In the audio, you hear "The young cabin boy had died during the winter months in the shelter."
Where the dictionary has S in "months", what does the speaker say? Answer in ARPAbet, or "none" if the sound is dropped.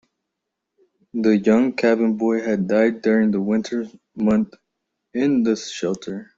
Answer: none